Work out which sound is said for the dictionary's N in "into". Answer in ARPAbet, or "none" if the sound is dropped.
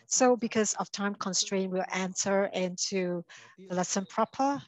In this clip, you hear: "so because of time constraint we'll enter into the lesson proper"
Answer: N